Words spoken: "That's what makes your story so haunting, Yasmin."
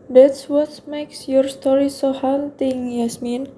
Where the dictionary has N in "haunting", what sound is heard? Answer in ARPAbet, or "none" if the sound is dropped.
L